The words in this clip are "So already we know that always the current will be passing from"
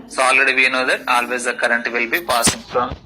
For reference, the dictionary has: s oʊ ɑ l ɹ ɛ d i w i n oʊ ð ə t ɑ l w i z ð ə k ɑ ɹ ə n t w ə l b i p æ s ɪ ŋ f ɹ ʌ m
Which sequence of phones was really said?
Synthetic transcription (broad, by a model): s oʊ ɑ l ɪ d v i n oʊ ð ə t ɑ l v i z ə k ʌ ɹ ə n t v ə l b i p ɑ s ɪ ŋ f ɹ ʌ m